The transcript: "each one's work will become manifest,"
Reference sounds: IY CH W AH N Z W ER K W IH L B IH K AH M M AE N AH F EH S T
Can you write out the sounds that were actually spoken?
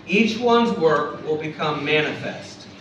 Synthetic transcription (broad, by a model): IY CH W AH N Z W ER K W IH L B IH K AH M M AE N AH F EH S T